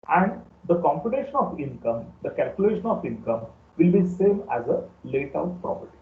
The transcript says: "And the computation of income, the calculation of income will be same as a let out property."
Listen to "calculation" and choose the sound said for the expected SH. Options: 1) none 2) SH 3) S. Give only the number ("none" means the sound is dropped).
2